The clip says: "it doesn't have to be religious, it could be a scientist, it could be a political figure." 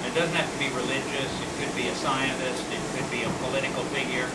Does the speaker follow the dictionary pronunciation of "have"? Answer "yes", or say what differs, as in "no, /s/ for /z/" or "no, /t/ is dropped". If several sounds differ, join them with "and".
no, /f/ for /v/